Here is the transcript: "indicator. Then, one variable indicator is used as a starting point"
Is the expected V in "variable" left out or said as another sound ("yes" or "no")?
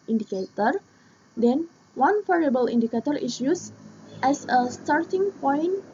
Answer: yes